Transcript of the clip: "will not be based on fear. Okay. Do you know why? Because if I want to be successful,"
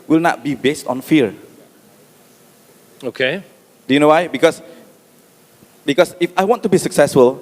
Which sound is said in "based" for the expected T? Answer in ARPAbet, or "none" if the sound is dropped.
T